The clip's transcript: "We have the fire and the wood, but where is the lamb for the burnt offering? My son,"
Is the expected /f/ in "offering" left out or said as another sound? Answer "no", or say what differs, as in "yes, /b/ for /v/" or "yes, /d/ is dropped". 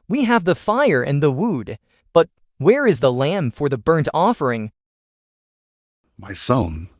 no